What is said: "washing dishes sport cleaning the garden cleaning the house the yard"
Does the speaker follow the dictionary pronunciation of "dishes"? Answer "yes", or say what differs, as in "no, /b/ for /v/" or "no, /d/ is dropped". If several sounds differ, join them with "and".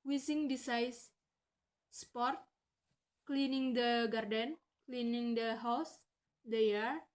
no, /s/ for /ʃ/